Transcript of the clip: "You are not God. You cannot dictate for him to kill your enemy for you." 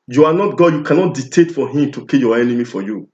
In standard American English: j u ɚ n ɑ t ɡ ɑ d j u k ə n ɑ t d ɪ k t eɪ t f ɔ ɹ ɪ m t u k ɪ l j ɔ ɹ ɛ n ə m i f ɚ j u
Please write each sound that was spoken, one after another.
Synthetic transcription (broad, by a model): j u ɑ n ɑ t ɡ ɑ d j u k ə n ɑ t d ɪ t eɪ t f ɔ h ɪ m t u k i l j ɔ ɛ n ə m i f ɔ j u